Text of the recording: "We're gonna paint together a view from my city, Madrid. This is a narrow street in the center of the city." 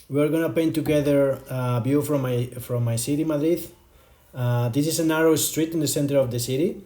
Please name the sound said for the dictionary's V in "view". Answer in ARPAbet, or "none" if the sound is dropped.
B